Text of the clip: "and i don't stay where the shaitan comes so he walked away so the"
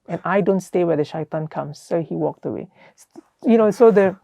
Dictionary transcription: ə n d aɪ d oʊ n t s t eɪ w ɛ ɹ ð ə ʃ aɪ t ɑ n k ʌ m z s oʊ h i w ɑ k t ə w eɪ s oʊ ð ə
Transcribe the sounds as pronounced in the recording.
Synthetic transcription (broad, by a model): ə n aɪ d oʊ n t s t eɪ w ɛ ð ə ʃ aɪ t ɑ n k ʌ m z s oʊ h i w ɑ k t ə w eɪ s oʊ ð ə